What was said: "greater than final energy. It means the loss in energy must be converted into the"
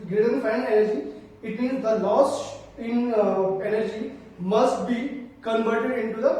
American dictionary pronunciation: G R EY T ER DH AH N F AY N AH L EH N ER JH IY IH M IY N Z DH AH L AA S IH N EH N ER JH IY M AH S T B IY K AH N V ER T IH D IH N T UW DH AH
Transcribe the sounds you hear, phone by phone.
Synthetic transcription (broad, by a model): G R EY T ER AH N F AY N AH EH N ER JH IY IH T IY Z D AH L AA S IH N EH N ER JH IY M AH S T B IY K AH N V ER T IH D IH N T UW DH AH